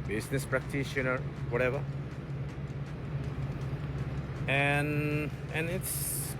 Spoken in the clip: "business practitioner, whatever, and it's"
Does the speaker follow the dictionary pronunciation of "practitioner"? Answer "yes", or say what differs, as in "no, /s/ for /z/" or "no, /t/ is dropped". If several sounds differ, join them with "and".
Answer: yes